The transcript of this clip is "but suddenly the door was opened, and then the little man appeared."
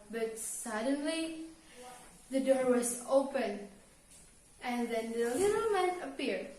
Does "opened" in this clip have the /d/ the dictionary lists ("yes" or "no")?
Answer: no